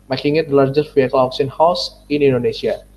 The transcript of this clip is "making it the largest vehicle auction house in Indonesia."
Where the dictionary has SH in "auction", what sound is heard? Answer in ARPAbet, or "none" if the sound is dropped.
S